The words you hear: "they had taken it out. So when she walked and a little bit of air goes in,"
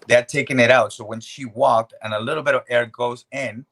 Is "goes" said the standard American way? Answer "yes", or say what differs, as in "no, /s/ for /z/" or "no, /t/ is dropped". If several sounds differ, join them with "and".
yes